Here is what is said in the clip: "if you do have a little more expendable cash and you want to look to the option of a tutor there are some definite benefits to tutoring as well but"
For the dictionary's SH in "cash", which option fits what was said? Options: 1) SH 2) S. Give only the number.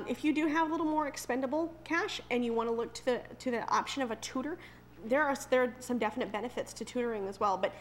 1